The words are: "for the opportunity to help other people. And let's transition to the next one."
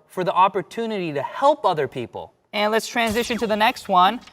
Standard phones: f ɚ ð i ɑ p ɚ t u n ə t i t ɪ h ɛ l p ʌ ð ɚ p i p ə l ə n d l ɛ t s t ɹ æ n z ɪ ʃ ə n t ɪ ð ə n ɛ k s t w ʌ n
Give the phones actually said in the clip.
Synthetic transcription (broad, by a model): f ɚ ð i ɑ p ɚ t u n ə t i t ɪ h ɛ l p ʌ ð ɚ p i p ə l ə n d l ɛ t s t ɹ æ n z ɪ ʃ ə n t ɪ ð ə n ɛ k s t w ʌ n